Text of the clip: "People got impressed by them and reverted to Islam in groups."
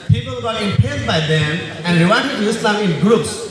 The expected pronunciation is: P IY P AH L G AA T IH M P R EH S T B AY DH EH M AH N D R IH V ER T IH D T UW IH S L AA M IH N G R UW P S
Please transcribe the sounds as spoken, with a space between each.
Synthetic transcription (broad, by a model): P IY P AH L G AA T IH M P EH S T B AY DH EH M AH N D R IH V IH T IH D T UW IH S L AA M IH N G R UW P S